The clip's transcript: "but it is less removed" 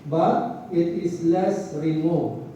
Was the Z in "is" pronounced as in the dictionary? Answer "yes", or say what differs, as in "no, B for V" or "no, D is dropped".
no, S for Z